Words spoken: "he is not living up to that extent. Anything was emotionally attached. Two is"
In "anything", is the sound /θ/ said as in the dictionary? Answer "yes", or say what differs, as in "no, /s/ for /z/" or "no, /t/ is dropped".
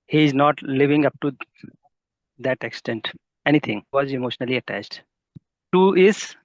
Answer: no, /t/ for /θ/